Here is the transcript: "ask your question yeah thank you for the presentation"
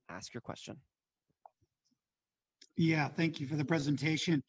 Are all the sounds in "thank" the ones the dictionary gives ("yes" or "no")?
yes